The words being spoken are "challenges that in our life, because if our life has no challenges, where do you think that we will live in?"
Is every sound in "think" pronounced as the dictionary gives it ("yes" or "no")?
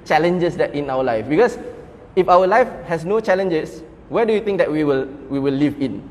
no